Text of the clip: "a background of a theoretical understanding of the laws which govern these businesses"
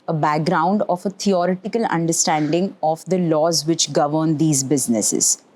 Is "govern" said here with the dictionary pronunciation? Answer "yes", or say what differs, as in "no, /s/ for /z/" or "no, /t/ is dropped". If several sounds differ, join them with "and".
yes